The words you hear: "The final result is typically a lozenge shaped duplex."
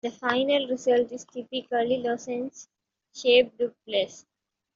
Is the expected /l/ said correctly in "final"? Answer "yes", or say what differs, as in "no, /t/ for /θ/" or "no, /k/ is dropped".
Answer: yes